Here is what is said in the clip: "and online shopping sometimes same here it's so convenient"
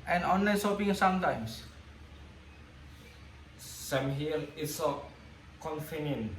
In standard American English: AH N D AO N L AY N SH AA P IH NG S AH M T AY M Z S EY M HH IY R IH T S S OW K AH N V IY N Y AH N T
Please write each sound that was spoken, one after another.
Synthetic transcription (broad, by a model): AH N AO N L AY N S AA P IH NG S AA M T AY M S S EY M HH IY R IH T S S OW K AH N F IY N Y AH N